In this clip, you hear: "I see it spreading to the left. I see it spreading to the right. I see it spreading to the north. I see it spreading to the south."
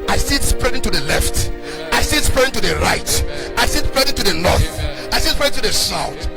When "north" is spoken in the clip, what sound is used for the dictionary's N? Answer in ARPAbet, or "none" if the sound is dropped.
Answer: L